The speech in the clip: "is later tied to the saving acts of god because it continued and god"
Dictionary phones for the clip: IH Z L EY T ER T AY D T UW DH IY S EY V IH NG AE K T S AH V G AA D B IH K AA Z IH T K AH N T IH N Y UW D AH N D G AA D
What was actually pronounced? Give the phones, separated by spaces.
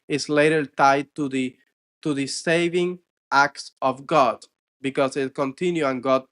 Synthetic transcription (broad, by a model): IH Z L EY T ER T AY D T UW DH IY S EY V IH NG AE K T S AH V G AA D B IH K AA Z IH T K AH N T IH N Y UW AH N G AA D